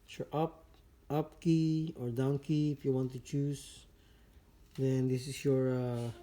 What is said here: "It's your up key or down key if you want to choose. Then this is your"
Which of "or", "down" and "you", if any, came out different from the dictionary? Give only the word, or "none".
none